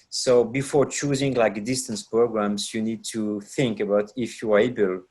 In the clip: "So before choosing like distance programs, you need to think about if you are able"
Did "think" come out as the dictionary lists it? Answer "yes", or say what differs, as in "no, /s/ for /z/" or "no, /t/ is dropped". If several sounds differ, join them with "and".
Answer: yes